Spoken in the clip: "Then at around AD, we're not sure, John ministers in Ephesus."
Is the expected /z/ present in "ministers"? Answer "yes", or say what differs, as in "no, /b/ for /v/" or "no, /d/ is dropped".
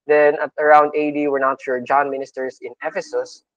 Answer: no, /s/ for /z/